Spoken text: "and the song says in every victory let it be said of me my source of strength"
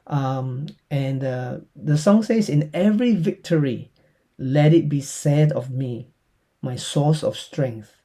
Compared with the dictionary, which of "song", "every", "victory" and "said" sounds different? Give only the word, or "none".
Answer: none